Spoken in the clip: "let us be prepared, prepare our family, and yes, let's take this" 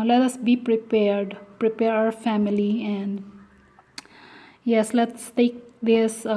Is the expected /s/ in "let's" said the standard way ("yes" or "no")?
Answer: yes